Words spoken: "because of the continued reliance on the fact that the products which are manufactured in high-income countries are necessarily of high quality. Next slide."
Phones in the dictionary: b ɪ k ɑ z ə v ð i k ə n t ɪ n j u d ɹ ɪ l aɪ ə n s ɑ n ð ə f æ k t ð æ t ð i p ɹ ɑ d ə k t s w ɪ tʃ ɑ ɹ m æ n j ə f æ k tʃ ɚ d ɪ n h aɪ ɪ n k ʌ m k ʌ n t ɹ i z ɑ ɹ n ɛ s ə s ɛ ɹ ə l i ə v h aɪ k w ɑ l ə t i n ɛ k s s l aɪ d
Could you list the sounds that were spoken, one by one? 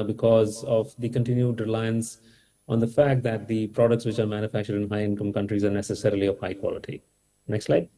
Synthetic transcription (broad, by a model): b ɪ k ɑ z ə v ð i k ə n t ɪ n j u d ɹ ɪ l aɪ ə n s ɑ n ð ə f æ k t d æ t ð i p ɹ ɑ d ə k t s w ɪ tʃ ɑ ɹ m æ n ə f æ k tʃ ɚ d ɪ n h aɪ ɪ n k ʌ m k ʌ n t ɹ i z ɑ ɹ n ɛ s ə s ɛ ɹ ə l i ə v h aɪ k w ɑ l ə t i n ɛ k s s l aɪ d